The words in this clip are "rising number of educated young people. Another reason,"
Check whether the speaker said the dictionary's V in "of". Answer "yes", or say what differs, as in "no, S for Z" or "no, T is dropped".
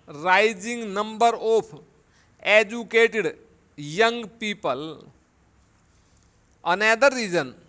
no, P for V